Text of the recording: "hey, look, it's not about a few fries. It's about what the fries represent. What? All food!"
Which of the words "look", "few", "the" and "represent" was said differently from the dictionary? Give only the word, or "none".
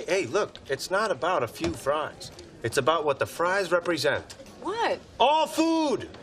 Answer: none